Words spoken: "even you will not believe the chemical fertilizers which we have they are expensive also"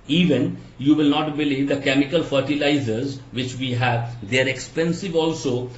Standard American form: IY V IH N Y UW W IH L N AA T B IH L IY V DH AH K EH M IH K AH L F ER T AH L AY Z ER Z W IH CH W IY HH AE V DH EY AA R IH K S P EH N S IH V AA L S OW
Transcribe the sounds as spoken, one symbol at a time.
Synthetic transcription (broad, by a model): IY V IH N Y UW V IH L N AA T B IH L IY V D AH K EH M IH K AH L F ER T AH L AY Z ER Z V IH CH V IY HH AE V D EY R IH K S P EH N S IH V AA L S OW